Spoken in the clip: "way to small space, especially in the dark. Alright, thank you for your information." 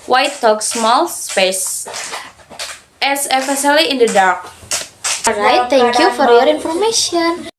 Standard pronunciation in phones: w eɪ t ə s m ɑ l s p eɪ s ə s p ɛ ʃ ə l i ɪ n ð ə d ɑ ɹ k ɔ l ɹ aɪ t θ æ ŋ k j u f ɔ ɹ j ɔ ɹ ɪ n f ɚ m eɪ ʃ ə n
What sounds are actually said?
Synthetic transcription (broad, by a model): w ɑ t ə s m ɑ l s p eɪ s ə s f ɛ s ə l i ɪ n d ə d ɑ ɹ k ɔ ɹ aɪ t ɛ ŋ k j u f ɔ ɹ j ɔ ɹ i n f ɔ m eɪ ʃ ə n